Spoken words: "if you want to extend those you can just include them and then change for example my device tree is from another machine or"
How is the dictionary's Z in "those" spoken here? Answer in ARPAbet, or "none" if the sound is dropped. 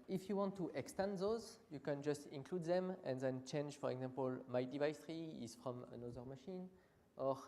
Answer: Z